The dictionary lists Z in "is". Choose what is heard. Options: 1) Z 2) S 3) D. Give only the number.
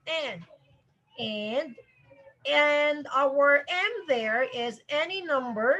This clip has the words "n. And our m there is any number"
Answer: 1